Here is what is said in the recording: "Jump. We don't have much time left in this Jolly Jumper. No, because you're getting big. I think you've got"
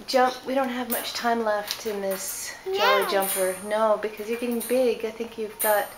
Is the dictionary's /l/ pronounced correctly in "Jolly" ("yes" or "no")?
no